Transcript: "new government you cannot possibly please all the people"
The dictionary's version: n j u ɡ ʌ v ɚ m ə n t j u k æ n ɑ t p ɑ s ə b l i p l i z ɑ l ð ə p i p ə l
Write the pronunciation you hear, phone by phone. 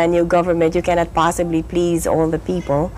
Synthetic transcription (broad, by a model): n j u ɡ ʌ v ɚ m ə n t j u k æ n ɑ t p ɑ s ə b l i p l i z ɑ l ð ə p i p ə l